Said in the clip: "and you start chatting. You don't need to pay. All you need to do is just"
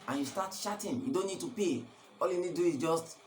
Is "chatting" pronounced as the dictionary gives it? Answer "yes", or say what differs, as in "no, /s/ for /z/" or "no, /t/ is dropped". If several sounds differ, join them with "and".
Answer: no, /ʃ/ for /tʃ/